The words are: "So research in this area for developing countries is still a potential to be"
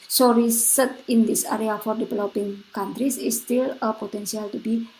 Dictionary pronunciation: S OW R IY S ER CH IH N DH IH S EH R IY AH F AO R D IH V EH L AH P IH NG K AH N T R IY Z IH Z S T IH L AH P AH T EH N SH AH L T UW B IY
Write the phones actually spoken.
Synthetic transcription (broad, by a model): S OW R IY S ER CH IH N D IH S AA R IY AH F AO R D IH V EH L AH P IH NG K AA N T R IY S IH S T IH L AH P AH T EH N S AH L T UW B IY